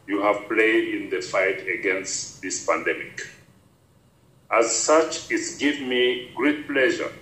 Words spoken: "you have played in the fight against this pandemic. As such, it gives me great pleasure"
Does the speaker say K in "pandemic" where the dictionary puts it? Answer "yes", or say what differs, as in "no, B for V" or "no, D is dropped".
yes